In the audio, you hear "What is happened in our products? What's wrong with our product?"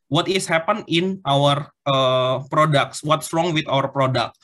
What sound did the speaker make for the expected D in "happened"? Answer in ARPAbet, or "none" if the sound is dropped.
none